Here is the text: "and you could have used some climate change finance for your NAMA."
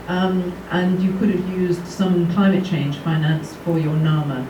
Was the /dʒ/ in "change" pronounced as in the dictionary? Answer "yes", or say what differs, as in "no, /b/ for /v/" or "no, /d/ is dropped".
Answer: no, /ʒ/ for /dʒ/